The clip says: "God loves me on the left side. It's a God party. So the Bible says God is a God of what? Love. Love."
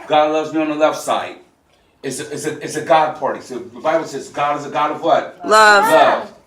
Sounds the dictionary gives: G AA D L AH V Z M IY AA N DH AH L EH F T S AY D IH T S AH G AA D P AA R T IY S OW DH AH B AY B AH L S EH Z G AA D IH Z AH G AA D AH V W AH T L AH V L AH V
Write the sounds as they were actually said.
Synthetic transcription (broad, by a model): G AA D L AH V Z M IY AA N DH AH L EH F T S AY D IH T S AH G AA D P AA R T IY S OW DH AH B AY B L S EH Z G AA D IH Z AH G AA D AH V W AH T L AH V L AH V